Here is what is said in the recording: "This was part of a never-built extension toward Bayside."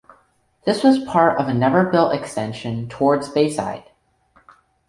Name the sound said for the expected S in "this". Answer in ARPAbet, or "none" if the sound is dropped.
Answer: S